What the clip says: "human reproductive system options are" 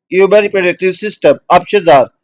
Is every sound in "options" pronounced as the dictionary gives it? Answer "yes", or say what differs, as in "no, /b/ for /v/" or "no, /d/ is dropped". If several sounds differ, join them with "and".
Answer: no, /n/ is dropped